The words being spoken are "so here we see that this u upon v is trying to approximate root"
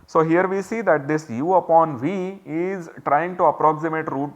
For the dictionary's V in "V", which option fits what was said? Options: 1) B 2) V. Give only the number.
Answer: 2